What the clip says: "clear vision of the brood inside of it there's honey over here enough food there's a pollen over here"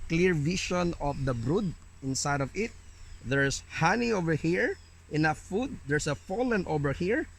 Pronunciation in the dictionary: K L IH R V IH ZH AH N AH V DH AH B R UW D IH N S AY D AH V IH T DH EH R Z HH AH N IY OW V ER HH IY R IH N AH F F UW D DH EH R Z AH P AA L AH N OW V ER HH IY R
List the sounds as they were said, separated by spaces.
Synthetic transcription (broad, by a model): K L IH R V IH SH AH N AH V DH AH B R UW D IH N S AY D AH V IH T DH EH R S HH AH N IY OW V ER HH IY R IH N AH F F UW D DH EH R S AH F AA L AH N OW V ER HH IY R